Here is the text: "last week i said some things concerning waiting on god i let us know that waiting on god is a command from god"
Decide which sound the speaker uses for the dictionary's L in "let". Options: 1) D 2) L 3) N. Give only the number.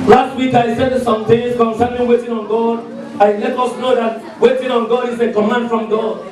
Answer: 3